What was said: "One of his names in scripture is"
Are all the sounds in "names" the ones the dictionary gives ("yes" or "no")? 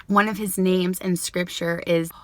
yes